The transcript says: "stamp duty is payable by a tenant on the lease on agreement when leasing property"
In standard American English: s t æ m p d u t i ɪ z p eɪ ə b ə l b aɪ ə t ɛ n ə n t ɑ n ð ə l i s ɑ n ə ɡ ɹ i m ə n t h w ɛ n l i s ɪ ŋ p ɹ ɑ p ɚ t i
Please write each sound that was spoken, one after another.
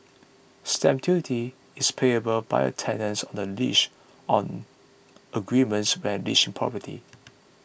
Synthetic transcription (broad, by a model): s t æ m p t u t i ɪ s p eɪ ə b ə l b aɪ ə t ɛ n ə n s ɑ n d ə l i ʃ ɑ n ə ɡ ɹ i m ə n t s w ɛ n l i ʃ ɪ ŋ p ɹ ɑ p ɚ t i